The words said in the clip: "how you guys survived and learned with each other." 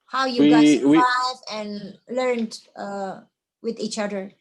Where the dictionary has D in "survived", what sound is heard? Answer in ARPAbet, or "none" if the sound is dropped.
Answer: none